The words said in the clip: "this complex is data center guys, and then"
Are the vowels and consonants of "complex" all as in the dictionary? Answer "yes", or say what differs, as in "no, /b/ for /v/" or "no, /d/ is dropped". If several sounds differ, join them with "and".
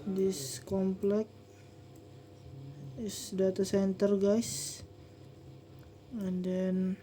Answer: no, /s/ is dropped